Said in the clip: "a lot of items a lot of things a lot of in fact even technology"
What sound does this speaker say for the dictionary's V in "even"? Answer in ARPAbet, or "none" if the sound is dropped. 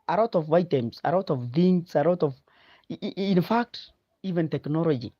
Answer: V